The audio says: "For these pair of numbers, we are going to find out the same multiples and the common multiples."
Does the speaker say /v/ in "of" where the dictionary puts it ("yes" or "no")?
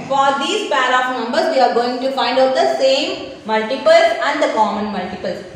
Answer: no